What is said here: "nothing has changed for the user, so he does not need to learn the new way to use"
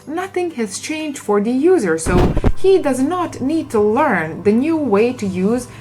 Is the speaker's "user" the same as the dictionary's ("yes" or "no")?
yes